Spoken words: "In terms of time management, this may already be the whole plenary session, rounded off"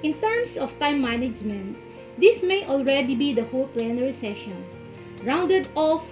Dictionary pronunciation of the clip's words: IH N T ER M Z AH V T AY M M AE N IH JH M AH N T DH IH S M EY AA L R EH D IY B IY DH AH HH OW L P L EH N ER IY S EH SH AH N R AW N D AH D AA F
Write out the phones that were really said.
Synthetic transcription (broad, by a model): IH N T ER M S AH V T AY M M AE N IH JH M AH N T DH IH S M EY AA L R EH D IY B IY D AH HH OW L P L EH N ER IY S EH SH AH N R AW N D AH D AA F